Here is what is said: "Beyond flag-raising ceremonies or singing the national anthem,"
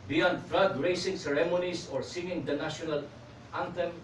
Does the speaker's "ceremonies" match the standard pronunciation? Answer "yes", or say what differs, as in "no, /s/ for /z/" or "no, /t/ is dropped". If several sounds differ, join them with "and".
no, /s/ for /z/